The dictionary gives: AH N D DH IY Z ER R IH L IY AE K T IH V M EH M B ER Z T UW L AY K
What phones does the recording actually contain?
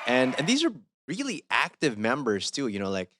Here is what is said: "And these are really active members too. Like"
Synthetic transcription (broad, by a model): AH N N DH IY Z ER R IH L IY AE K T IH V M EH M B ER Z T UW L AY K